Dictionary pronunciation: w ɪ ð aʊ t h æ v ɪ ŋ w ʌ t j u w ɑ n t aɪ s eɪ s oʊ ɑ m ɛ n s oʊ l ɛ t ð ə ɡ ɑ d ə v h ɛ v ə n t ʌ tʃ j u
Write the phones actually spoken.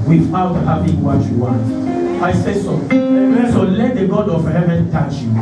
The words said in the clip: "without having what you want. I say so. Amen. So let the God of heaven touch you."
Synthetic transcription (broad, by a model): w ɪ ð aʊ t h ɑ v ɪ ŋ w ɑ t j u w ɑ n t aɪ s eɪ s oʊ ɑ ɛ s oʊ l ɛ t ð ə ɡ ɑ d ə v h ɛ v ə n t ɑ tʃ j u